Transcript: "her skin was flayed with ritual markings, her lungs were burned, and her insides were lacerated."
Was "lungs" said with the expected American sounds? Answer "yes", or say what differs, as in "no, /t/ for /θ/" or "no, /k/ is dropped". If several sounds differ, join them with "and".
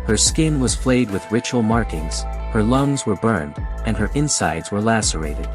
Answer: yes